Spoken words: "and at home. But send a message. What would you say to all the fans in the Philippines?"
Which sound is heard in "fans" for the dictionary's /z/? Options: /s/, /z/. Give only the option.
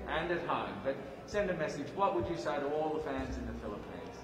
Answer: /z/